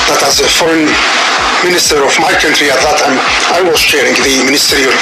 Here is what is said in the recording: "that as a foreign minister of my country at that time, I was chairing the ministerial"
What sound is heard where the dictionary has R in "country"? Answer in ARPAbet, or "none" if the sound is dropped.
R